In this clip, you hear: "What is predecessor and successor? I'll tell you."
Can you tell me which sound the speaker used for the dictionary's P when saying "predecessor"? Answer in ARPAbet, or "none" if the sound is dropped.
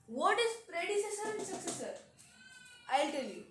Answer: P